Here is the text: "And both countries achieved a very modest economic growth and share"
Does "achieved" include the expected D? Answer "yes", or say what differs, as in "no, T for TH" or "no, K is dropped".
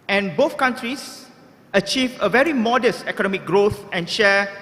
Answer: no, D is dropped